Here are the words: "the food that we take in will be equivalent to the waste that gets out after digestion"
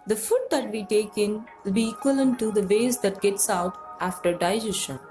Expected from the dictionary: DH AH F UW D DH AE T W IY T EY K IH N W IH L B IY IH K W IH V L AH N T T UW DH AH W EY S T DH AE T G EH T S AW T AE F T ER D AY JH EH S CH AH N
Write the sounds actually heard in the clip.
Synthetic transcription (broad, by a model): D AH F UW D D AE T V IY T EY K IH N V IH L B IY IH K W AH L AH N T T UW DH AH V EY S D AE T G EH T S AW T AE F T ER D AY JH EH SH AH N